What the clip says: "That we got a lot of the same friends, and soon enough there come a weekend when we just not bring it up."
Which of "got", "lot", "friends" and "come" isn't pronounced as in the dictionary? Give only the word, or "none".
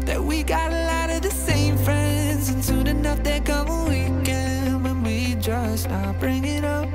none